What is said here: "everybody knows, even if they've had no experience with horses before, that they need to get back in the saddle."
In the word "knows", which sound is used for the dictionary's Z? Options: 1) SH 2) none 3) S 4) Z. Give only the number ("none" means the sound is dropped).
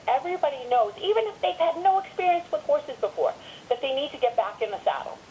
4